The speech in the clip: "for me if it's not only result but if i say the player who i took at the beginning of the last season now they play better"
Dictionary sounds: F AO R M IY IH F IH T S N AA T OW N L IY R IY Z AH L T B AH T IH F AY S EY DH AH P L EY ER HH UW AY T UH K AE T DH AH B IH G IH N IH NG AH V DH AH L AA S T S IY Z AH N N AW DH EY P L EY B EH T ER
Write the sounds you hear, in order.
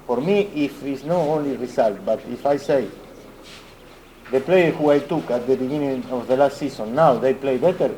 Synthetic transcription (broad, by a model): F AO R M IY IH F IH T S N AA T OW N L IY R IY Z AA L T B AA T IH F AY S EY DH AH P L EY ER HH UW AY T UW K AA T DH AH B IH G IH N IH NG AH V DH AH L AA S T S IY S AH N N AW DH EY P L EY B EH T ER